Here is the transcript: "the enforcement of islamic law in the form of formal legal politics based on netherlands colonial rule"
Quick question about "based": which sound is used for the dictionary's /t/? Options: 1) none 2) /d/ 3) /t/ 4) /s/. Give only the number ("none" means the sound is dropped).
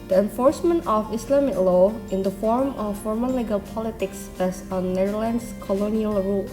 1